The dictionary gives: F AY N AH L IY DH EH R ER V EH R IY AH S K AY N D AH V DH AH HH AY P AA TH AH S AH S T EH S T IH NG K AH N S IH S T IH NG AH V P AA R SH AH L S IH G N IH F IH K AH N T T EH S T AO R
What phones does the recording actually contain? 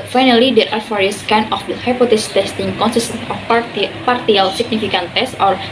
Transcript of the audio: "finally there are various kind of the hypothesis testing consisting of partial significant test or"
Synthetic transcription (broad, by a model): F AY N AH L IY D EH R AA F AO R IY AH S K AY N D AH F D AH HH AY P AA T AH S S T EH S T IH NG K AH N S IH S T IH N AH F P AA R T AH L S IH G N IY F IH K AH N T T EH S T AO R